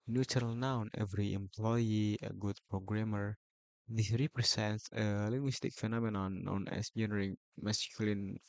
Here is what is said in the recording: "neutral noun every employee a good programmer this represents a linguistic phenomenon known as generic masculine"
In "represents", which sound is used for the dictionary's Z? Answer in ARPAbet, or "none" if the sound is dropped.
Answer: S